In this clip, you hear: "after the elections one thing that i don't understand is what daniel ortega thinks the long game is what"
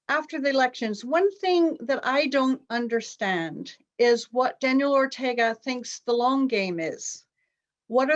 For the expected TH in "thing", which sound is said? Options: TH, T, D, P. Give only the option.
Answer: TH